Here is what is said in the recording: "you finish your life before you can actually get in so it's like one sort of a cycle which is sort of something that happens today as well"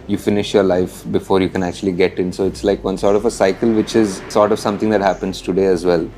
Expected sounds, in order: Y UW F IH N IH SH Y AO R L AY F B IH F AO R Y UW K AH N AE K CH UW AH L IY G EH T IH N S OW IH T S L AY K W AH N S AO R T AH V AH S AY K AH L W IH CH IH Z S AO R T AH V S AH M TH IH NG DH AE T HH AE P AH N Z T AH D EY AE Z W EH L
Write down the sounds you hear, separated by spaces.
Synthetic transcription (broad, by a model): Y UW F IH N IH SH Y AO R L AY F B IH F AO R Y UW K AH N AE K CH UW AH L IY G EH T IH N S OW IH T S L AY K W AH N S AO R T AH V AH S AY K AH L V IH CH IH Z S AO R T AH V S AH M T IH NG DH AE T HH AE P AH N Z T AH D EY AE Z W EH L